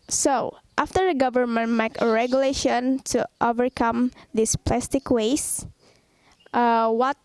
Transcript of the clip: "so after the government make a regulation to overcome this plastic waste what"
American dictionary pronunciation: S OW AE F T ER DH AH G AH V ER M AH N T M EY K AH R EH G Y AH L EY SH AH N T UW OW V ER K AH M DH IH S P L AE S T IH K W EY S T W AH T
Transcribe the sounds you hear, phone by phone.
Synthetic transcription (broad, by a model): S OW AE F T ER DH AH G AH V ER M AH N T M EY K AH R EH G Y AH L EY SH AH N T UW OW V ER K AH M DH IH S P L AE S T IH K W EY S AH W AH T